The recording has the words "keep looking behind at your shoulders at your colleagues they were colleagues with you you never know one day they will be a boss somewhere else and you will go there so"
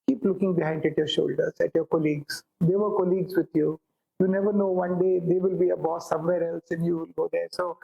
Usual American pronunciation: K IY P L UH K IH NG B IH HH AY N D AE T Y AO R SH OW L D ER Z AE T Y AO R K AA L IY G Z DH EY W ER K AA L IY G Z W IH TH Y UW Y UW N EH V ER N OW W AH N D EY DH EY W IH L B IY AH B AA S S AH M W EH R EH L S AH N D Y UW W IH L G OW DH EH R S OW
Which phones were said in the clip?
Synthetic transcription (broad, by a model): K IY P L UH K IH NG B IH HH AY N D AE T Y AO R SH OW L D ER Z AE T Y AO R K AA L IY G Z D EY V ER K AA L IY G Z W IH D Y UW Y UW N EH V ER N OW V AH N D EY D EY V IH L B IY AH B AA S S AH M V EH R EH L S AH N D Y UW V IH L G OW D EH R S OW